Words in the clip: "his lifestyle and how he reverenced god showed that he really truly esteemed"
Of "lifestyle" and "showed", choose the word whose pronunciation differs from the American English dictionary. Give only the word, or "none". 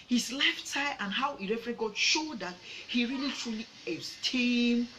lifestyle